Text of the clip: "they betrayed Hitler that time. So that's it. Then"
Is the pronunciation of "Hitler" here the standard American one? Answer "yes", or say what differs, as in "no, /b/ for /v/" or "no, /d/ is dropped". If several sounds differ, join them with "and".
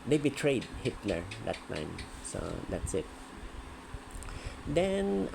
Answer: yes